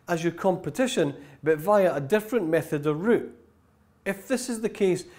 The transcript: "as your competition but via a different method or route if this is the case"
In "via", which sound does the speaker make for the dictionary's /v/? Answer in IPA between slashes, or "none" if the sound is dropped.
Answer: /v/